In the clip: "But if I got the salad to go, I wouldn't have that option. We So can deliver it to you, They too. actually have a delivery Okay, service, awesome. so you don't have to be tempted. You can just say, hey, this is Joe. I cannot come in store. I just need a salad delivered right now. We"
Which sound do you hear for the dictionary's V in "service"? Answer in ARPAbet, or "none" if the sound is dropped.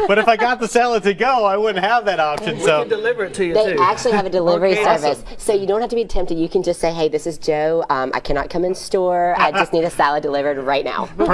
V